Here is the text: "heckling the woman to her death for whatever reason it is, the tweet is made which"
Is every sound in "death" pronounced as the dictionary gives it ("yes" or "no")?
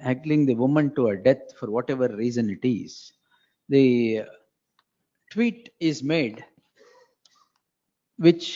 no